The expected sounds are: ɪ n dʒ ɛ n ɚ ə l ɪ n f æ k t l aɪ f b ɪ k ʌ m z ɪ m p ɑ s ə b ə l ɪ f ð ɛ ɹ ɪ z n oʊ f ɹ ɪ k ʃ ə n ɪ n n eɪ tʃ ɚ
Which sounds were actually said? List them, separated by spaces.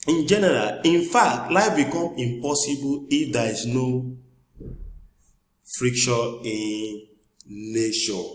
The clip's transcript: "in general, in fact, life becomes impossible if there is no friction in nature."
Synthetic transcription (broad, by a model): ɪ n dʒ ɛ n ɚ ə l ɪ n f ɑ k t l aɪ f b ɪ k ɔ m ɪ m p ɑ s ə b ə l ɪ f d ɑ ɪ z n oʊ f ɹ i k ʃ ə ɪ n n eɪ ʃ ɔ